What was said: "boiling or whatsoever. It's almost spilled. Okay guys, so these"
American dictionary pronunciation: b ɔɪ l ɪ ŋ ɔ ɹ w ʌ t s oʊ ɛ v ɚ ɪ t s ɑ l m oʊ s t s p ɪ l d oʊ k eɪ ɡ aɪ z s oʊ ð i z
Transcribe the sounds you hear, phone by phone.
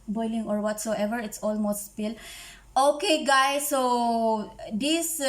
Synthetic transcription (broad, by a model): b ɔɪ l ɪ ŋ ɔ ɹ w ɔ t s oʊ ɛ v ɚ ɪ t s ɑ l m oʊ s t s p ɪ l oʊ k eɪ ɡ aɪ s oʊ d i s